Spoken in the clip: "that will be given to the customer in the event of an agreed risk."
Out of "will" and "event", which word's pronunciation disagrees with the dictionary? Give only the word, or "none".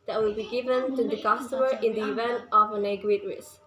none